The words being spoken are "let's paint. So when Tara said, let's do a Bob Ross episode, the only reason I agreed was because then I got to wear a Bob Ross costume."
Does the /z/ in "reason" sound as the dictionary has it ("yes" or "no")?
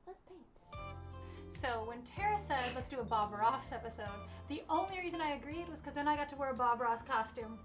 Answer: yes